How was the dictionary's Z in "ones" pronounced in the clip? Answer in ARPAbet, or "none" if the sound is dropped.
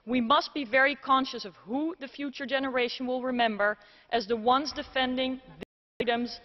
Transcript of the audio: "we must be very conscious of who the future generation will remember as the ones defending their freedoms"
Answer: Z